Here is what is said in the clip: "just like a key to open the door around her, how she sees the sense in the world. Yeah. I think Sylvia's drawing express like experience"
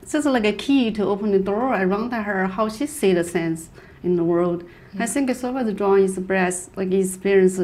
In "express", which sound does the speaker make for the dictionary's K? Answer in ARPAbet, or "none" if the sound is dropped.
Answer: none